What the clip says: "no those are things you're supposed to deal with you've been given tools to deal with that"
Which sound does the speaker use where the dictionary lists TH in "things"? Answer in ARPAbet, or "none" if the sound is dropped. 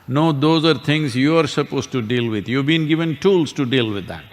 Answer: T